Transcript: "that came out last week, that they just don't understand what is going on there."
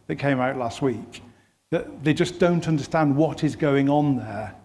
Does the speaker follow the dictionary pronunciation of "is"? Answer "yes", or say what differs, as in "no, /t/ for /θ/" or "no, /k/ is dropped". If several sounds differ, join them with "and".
yes